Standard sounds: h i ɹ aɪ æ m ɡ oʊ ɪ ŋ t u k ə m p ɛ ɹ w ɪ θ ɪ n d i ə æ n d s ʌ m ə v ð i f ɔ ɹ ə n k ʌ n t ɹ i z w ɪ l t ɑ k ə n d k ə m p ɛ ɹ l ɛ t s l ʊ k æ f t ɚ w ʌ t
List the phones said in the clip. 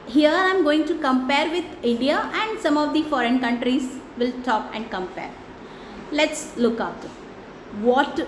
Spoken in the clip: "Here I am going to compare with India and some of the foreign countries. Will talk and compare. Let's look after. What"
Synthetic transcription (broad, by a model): h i ɹ aɪ m ɡ oʊ ɪ ŋ t u k ə m p ɛ ɹ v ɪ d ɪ n d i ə æ n d s ʌ m ə v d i f ɔ ɹ ə n k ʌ n t ɹ i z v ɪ l t ɑ k ə n d k ə m p ɛ ɹ l ɛ t s l ʊ k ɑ t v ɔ t